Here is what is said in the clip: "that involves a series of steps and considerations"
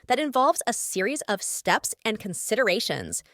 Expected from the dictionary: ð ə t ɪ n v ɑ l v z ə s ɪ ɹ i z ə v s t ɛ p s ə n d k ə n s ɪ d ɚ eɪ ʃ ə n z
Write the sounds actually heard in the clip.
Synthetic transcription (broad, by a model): ð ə t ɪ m v ɑ l v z ə s ɪ ɹ i z ə v s t ɛ p s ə n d k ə n s ɪ d ɚ eɪ ʃ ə n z